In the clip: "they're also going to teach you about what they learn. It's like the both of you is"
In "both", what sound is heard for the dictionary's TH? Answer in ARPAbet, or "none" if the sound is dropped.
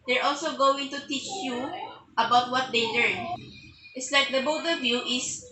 T